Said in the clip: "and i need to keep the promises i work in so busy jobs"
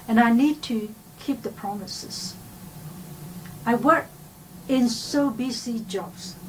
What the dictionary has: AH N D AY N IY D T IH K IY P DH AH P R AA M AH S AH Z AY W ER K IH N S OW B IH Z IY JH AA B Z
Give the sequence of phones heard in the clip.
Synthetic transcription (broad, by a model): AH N AY N IY D T IH K IY P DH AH P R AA M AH S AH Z AY W ER K IH N S OW B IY S IY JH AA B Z